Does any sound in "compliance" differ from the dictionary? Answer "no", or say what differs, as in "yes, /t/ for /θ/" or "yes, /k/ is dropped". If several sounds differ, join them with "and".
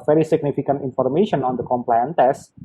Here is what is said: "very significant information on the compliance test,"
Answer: yes, /s/ is dropped